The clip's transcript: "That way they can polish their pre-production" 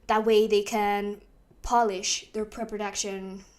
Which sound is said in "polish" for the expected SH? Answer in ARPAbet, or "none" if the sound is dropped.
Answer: SH